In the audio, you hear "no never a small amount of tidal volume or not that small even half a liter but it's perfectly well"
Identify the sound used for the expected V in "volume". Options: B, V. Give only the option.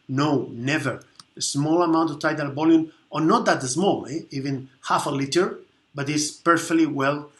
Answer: B